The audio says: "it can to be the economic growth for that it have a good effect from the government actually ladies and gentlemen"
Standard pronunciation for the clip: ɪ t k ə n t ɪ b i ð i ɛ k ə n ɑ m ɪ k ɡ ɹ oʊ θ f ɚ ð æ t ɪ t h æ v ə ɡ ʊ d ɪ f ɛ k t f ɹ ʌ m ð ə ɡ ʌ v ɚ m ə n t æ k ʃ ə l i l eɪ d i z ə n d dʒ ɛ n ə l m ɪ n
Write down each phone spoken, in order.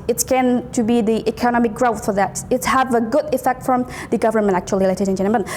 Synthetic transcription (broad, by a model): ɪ t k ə n t ɪ b i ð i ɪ k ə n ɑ m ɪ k ɡ ɹ oʊ θ f ɚ ð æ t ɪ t h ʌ v ə ɡ ʊ d ɪ f ɛ k t f ɹ ʌ m ð ə ɡ ʌ v ɚ m ə n t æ k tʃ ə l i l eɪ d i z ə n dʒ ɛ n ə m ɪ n